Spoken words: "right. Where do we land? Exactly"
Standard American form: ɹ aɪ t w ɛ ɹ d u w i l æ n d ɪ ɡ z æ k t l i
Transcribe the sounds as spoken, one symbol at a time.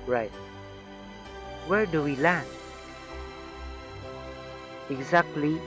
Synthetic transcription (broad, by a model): ɹ aɪ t w ɛ ɹ d u w i l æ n ɪ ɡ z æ k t l i